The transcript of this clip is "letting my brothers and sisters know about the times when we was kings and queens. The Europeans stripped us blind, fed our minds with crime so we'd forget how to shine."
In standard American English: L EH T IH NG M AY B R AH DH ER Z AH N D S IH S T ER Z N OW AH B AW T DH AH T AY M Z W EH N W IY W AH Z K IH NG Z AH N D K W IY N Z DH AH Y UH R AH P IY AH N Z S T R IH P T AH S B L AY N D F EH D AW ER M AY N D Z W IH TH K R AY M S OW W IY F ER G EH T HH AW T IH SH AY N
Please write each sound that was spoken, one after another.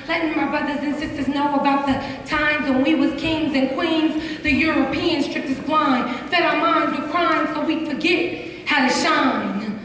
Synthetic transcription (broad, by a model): L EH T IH M AY B R AH DH ER Z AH N S IH S T ER Z N OW AH B AW T DH AH T AY M Z W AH N W IY W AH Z K IH NG Z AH N K W IY N Z DH AH Y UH R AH P IY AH N S T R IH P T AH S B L AY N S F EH D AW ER M AY N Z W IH K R AY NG S OW W IY F ER G EH T HH AW T IH SH AY N